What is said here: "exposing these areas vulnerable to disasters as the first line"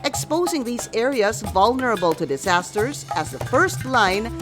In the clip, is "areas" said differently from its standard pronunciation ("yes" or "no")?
no